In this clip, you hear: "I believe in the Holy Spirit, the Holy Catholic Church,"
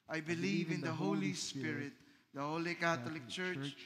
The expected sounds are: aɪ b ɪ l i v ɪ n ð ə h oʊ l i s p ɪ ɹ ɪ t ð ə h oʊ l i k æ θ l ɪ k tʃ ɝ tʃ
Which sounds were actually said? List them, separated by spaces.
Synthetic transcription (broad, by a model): aɪ b ɪ l i v ɪ n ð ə h oʊ l i s p ɪ ɹ ɪ t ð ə h oʊ l i k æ t l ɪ k tʃ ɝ tʃ